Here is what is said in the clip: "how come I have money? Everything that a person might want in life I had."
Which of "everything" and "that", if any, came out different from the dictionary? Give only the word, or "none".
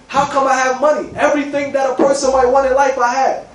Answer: none